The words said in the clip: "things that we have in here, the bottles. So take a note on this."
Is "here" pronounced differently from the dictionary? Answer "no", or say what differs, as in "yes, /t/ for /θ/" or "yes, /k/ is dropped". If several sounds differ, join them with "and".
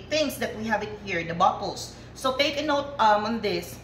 no